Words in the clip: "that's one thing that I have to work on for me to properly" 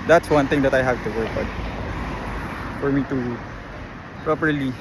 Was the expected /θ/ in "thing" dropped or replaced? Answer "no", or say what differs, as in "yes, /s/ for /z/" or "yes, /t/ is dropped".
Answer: yes, /t/ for /θ/